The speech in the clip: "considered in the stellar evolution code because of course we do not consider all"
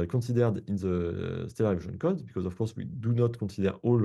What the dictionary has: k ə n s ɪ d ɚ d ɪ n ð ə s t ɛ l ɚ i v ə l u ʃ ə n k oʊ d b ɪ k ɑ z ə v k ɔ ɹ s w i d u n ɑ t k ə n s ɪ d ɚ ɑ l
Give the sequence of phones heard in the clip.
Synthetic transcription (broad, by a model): k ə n s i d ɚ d ɪ n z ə s t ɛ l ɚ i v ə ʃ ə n k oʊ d b ɪ k ɑ z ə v k ɔ ɹ s w i d u n ɑ t k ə s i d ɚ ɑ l